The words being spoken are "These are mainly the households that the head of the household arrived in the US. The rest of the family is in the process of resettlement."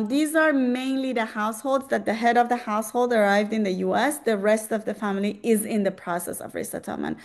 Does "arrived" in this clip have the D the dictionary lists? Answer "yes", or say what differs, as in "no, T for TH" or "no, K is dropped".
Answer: yes